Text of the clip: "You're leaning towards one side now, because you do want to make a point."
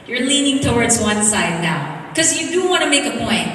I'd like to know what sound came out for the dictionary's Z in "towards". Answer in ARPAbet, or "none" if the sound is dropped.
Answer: Z